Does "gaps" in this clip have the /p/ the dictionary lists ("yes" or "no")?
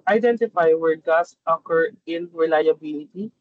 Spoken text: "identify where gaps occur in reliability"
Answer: no